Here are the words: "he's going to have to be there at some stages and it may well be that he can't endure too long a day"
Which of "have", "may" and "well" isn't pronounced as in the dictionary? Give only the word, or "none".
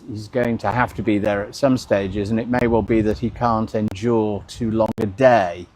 have